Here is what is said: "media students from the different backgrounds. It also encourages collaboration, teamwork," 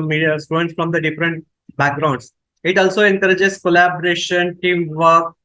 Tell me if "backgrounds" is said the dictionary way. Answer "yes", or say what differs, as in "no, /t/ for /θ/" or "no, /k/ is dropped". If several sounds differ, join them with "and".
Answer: no, /s/ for /z/